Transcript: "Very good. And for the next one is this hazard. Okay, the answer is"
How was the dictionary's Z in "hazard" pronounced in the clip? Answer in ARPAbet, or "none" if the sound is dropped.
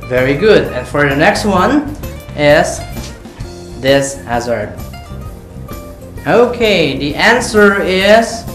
Z